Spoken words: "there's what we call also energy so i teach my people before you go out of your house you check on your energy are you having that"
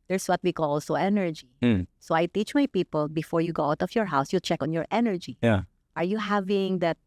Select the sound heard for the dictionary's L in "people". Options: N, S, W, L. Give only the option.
L